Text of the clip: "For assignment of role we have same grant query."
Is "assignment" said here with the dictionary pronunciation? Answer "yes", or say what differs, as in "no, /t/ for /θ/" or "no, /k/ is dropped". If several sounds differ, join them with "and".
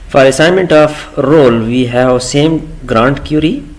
yes